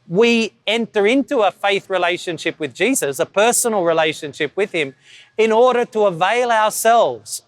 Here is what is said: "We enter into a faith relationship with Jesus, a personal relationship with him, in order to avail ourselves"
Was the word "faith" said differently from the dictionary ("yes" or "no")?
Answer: no